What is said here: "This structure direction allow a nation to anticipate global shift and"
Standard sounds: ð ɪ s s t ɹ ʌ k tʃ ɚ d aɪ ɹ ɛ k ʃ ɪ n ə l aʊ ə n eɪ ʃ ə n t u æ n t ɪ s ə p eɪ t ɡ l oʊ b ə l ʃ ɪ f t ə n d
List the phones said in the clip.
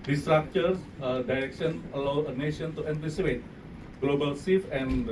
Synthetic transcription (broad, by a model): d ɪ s s t ɹ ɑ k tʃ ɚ d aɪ ɹ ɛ k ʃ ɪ n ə l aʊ ə n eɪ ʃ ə n t u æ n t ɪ s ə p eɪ t ɡ l oʊ b ə l s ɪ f ə n